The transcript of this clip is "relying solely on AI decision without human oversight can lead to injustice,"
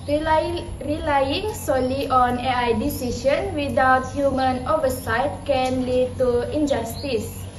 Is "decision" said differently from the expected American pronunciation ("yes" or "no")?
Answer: yes